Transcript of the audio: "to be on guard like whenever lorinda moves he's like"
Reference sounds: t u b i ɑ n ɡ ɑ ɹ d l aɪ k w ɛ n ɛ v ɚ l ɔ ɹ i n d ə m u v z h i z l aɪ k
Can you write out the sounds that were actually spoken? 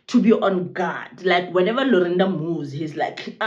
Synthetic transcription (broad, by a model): t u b i ɑ n ɡ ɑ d l aɪ k w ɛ n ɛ v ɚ l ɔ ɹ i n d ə m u z h i z l aɪ k